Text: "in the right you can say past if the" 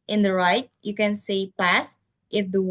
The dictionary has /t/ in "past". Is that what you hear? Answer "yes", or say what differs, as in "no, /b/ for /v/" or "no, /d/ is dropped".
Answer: yes